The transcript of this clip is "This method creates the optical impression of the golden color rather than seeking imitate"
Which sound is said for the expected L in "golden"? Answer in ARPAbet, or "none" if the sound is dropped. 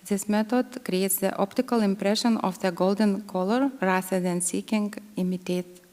L